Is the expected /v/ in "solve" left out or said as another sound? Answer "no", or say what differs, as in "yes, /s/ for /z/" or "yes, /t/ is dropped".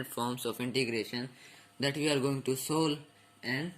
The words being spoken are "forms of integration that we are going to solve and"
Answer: yes, /v/ is dropped